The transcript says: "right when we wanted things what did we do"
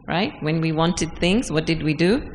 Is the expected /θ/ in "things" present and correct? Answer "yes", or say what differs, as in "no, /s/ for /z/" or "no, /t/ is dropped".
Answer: yes